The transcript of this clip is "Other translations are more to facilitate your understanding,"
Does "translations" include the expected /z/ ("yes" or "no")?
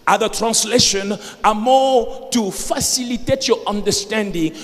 no